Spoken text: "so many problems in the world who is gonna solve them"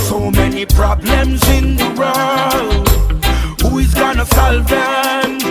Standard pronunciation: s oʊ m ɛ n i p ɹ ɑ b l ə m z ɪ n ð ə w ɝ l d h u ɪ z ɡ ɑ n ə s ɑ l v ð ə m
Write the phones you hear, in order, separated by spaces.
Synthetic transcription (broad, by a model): s oʊ m ɛ n i p ɹ ɑ b l ə m z ɪ n ð ə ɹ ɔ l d h u ɪ z ɡ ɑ n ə s ɑ l v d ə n